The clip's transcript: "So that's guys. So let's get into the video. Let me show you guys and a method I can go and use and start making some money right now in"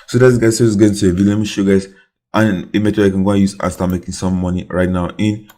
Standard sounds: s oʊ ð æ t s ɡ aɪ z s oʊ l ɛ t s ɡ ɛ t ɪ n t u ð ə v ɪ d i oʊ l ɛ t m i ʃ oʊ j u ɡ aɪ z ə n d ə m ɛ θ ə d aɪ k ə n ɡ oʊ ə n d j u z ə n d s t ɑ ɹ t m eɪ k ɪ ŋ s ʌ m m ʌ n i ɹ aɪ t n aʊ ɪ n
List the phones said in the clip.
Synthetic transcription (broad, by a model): s oʊ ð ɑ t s ɡ aɪ z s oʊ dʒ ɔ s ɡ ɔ ɪ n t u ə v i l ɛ m i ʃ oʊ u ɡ aɪ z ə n ə m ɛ t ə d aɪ k ə n ɡ oʊ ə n j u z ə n s t ɑ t m eɪ k ɪ ŋ s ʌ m m ʌ n i ɹ aɪ t n aʊ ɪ n